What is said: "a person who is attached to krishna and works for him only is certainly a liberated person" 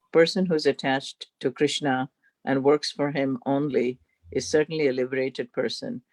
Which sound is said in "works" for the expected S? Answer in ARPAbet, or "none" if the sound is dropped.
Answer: S